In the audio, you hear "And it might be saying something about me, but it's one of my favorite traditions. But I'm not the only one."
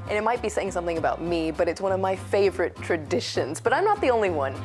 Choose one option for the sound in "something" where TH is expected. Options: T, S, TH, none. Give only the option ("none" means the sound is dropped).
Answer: TH